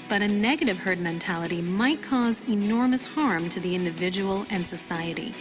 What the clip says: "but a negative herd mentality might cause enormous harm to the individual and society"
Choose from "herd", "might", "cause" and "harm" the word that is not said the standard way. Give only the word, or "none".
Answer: none